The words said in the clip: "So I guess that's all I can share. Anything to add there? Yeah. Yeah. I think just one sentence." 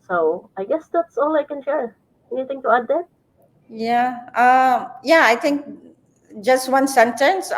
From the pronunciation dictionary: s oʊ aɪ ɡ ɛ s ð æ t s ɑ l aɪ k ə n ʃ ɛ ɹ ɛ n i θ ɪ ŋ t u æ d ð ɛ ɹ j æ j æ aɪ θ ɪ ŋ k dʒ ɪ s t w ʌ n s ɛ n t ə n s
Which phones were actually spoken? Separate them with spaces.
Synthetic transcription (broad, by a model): s oʊ aɪ ɡ ɛ s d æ t s ɑ l aɪ k ə n ʃ ɛ ɹ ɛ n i t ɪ ŋ t u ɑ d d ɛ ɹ j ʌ j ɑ aɪ t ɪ ŋ k dʒ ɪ s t w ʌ n s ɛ n t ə n s